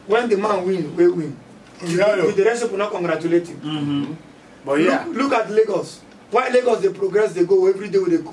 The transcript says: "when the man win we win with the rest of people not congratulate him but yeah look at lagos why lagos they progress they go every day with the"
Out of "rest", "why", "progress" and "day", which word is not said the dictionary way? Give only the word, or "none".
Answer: rest